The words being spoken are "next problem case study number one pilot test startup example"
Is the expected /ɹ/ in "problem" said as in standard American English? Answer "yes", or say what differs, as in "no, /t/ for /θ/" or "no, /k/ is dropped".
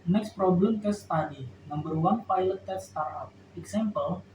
yes